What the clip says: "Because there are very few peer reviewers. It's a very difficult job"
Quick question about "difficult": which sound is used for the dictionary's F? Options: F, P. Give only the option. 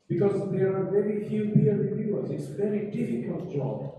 F